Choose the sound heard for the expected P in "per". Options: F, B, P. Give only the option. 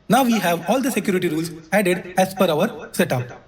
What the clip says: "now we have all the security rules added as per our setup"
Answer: F